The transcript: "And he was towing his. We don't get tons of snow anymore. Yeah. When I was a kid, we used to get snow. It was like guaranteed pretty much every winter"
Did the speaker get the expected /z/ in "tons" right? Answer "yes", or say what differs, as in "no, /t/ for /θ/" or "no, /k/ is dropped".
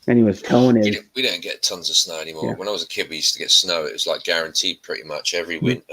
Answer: yes